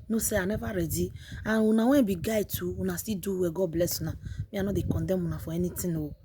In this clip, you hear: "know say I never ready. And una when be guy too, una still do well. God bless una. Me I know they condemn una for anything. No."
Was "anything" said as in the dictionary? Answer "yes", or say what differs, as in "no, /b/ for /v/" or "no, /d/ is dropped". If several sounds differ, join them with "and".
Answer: no, /t/ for /θ/